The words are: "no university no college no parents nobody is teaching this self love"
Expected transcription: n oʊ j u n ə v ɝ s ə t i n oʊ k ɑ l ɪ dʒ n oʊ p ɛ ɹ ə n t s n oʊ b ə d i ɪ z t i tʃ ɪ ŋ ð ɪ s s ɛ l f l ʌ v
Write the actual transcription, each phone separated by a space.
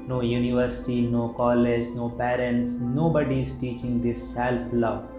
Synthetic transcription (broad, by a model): n oʊ j u n ə v ɝ s ə t i n oʊ k ɑ l ɪ dʒ n oʊ p ɛ ɹ ə n t s n oʊ b ə d i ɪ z t i tʃ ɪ ŋ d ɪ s s ɛ l f l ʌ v